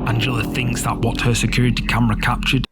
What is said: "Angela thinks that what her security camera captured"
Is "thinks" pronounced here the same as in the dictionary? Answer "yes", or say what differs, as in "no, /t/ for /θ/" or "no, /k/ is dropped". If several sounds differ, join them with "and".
yes